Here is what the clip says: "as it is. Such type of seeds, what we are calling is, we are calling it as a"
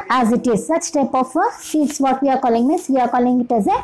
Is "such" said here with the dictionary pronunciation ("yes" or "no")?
yes